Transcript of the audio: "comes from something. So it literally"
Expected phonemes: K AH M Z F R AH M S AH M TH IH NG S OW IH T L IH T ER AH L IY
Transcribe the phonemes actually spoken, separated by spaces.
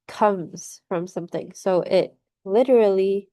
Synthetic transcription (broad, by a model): K AH M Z F R AH M S AH M TH IH NG S OW IH T L IH T ER L IY